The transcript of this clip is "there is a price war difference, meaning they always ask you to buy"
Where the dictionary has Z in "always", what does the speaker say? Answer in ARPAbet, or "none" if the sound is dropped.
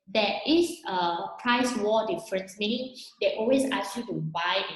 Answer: S